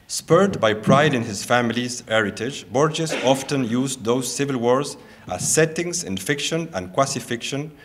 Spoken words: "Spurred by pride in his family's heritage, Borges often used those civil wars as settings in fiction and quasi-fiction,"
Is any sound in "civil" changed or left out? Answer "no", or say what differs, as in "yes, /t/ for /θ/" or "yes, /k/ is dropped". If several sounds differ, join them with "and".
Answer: no